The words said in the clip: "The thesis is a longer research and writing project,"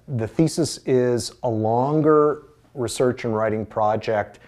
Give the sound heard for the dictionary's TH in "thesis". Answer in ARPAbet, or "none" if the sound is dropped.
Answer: TH